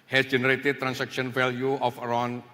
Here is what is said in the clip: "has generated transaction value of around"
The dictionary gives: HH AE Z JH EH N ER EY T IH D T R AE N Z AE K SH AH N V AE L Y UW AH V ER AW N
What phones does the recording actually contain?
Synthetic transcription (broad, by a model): HH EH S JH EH N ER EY T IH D T R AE N S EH K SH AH N F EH L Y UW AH F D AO N